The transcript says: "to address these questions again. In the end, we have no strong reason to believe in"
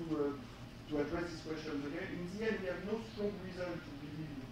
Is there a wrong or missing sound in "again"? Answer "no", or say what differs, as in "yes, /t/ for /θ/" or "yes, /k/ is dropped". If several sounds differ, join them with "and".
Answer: yes, /n/ is dropped